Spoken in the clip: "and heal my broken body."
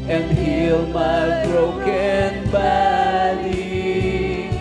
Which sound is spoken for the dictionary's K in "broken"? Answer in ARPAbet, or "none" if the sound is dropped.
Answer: K